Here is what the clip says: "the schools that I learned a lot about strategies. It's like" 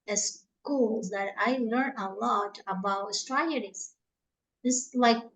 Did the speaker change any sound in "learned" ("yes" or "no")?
yes